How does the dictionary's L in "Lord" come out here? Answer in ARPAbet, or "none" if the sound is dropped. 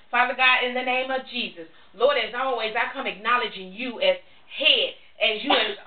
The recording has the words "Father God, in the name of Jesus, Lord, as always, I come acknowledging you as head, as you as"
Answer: L